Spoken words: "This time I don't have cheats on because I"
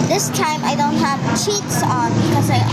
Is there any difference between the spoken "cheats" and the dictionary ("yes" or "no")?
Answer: no